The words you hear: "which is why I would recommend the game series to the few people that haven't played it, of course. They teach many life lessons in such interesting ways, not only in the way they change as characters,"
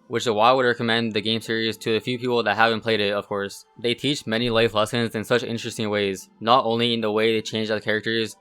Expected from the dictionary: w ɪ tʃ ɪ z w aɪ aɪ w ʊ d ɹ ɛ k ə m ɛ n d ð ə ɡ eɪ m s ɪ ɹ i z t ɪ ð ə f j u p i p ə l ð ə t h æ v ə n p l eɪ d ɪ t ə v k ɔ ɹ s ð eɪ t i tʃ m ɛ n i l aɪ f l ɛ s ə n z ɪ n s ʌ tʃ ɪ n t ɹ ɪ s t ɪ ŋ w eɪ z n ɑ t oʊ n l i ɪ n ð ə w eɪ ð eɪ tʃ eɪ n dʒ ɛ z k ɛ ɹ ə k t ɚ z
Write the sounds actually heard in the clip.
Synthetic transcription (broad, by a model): w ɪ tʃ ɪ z w aɪ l w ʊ d ɹ ɛ k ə m ɛ n ð ə ɡ eɪ m s ɪ ɹ i z t ɪ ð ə f j u p i p l ð ə t h æ v ə n p l eɪ d ɪ t ə v k ɔ ɹ s ð eɪ t i tʃ m ɛ n i l aɪ f l ɛ s ə n z ɪ n s ʌ tʃ ɪ n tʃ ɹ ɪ s t ɪ ŋ w eɪ z n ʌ t oʊ n l i ɪ n ð ə w eɪ ð eɪ tʃ eɪ n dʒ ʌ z k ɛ ɹ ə k t ɚ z